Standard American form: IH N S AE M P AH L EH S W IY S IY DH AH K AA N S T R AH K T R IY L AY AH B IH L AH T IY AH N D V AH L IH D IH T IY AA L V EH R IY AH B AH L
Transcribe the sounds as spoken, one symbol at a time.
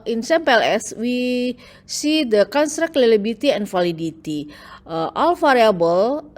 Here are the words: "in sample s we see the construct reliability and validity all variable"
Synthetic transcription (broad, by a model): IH N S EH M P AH L EH S W IY S IY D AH K AA N S T R AH K T L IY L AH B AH T IY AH N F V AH L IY D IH T IY AA L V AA R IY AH B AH L